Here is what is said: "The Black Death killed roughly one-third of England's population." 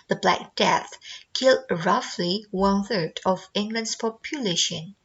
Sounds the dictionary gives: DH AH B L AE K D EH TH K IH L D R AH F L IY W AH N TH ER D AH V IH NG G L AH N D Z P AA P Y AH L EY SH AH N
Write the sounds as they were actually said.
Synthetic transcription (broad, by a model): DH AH B L AE K D EH TH K IH L D R AH F L IY W AH N TH ER D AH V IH NG G L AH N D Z P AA P Y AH L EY SH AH N